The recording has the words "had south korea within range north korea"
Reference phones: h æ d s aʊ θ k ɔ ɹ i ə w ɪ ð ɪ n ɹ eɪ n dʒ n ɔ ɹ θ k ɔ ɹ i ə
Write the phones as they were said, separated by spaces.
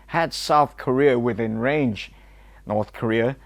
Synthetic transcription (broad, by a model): h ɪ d s aʊ θ k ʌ ɹ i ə w ɪ ð ɪ n ɹ eɪ n dʒ n ɔ ɹ θ k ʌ ɹ i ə